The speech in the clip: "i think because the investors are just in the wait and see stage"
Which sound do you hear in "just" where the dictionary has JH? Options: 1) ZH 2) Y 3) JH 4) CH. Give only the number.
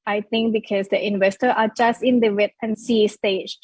3